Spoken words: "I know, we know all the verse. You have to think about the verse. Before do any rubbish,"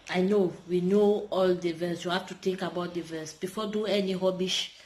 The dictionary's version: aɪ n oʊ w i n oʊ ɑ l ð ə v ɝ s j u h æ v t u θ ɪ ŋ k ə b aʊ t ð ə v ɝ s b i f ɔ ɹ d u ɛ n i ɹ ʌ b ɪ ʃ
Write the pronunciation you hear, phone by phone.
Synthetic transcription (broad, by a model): aɪ n oʊ w i n oʊ ɑ l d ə v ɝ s j u h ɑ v t u t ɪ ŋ k ə b aʊ t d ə v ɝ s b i f ɔ d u ɛ n i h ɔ b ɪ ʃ